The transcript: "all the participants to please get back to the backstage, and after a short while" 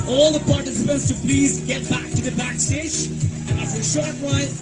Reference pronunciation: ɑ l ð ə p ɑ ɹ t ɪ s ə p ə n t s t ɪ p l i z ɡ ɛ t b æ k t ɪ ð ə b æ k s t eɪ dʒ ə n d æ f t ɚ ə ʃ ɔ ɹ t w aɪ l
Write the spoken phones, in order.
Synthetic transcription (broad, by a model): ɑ l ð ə p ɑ ɹ t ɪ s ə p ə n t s t ɪ p l i z ɡ ɛ t b æ k t ɪ ð ə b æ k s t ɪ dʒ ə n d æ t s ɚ ə ʃ ɔ ɹ t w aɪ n